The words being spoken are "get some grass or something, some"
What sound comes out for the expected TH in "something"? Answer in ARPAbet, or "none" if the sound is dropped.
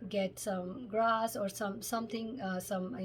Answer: T